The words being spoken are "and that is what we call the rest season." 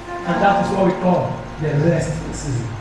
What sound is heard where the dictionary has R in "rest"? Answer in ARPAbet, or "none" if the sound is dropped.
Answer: L